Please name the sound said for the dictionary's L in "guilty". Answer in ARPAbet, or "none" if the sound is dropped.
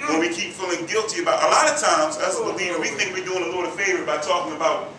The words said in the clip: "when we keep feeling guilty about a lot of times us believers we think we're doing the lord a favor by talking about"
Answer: L